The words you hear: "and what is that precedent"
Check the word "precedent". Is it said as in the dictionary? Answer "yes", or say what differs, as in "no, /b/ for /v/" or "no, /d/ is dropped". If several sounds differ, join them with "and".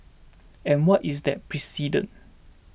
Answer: no, /t/ is dropped